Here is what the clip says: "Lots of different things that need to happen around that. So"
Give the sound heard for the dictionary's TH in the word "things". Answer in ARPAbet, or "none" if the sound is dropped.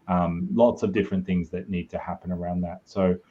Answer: TH